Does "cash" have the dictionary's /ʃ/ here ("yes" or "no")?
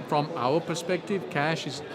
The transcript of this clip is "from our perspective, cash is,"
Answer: yes